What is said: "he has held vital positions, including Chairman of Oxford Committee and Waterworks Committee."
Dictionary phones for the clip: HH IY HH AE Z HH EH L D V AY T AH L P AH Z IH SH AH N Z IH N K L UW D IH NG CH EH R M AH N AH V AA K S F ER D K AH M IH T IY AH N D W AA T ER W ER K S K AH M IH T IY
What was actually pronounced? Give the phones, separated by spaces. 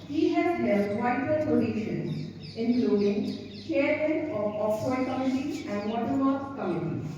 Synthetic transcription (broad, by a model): HH IY HH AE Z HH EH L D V AY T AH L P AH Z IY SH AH N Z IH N K L UW D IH NG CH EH R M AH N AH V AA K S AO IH K AH M IH T IY AH N D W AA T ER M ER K K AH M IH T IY